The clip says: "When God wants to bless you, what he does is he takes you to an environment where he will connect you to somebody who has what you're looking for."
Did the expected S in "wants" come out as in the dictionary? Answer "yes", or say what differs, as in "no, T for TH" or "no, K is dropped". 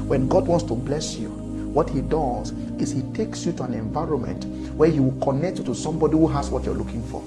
yes